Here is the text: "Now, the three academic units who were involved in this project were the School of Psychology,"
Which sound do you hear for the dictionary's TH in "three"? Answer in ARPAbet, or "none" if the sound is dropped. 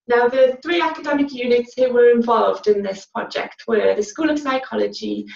TH